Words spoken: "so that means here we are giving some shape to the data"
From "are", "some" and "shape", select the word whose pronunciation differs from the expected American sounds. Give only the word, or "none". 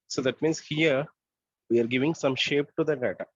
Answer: none